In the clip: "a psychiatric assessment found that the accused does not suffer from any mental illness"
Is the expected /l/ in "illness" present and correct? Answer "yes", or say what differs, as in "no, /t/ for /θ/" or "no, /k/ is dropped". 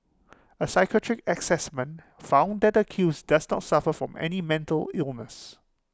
yes